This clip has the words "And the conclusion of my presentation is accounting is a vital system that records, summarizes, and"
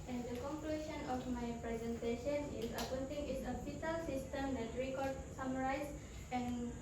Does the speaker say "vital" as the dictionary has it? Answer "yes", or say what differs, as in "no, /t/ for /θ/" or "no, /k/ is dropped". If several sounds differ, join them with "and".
no, /f/ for /v/